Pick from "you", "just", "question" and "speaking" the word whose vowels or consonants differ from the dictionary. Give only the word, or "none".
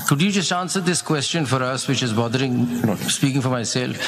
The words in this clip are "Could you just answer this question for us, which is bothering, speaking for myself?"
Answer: none